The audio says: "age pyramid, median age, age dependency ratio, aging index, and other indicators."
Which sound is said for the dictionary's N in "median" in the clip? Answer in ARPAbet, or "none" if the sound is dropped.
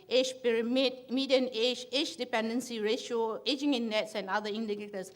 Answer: N